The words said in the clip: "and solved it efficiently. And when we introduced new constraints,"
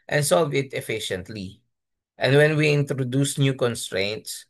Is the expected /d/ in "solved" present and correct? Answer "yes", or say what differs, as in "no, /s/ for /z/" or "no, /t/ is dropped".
no, /d/ is dropped